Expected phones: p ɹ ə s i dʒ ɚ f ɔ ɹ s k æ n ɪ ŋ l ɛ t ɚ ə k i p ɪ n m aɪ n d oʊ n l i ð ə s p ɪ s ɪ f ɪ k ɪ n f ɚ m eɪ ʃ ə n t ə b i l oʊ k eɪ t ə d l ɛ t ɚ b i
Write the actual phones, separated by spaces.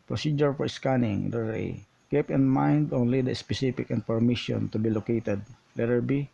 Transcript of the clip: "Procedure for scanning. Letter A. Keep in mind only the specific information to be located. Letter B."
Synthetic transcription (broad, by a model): p ɹ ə s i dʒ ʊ f ɔ ɹ s k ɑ n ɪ ŋ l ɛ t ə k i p ɪ n m aɪ n d oʊ n l i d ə s p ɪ s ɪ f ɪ k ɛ n p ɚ m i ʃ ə n t ə b i l oʊ k eɪ t ə d l ɛ t ɚ b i